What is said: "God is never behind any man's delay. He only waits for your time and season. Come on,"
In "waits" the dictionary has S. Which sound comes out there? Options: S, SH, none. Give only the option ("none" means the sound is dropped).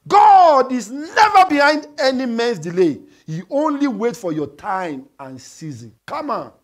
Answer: none